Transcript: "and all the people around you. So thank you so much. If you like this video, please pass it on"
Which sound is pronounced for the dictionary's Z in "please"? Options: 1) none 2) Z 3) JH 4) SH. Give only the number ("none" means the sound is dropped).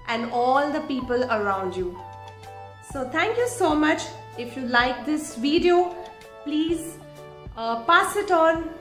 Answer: 2